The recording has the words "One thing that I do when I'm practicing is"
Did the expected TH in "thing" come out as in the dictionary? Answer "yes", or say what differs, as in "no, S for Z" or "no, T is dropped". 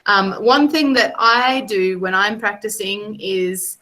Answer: yes